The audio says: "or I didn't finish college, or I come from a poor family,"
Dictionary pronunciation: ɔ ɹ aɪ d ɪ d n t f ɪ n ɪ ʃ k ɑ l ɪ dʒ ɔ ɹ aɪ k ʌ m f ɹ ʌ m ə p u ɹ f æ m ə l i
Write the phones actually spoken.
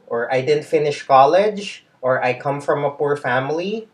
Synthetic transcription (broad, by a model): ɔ ɹ aɪ d ɪ d n t f ɪ n ɪ ʃ k ɑ l ɪ dʒ ɔ ɹ aɪ k ʌ m f ɹ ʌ m ə p u ɹ f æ m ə l i